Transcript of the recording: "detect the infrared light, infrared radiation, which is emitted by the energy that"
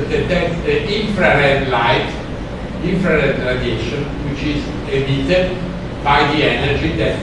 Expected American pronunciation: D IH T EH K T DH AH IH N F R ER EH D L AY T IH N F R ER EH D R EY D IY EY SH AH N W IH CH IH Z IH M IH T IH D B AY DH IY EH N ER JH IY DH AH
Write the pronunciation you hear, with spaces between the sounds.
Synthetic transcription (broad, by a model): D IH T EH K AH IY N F R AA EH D L AY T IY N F R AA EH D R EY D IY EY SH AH N W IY CH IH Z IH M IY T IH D B AY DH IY EH N ER JH IY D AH